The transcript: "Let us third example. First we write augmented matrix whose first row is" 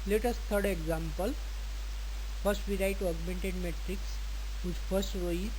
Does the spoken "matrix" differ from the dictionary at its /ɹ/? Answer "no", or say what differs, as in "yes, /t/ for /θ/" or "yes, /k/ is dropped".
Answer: no